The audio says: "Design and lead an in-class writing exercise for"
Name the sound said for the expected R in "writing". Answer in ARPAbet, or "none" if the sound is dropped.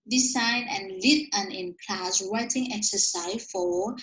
W